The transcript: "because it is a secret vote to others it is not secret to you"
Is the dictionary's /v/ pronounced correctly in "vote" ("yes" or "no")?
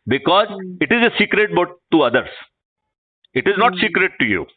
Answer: no